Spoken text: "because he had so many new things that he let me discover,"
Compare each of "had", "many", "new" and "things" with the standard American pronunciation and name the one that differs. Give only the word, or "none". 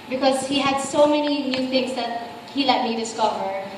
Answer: things